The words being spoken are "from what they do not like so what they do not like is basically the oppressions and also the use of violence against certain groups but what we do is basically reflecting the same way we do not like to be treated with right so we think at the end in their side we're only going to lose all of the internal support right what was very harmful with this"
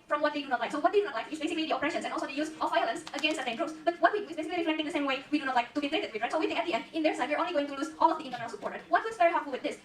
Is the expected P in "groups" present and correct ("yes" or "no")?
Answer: no